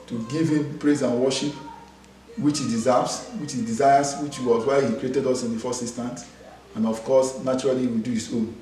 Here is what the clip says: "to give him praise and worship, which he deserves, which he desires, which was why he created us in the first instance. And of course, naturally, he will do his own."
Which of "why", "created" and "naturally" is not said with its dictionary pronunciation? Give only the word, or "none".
naturally